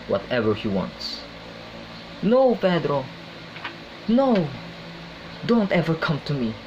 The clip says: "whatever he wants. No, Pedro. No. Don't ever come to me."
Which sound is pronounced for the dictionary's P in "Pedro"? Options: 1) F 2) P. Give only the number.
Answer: 1